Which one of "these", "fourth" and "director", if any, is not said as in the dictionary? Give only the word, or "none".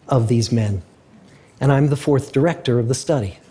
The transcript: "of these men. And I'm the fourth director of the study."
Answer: none